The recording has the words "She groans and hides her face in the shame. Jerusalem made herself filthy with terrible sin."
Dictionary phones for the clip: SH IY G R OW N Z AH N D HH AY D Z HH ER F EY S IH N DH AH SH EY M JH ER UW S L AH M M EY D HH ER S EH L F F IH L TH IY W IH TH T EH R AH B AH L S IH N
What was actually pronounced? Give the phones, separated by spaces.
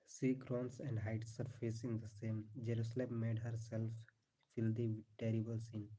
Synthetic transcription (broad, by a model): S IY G R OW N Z AH N D HH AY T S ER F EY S IH N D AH S EY M JH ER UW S L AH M M EY D HH ER S EH L F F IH L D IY T EH R AH B AH L S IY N